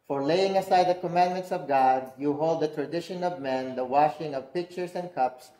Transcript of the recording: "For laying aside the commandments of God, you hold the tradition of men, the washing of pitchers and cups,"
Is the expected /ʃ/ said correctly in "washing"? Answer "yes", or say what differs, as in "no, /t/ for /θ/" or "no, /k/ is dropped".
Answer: yes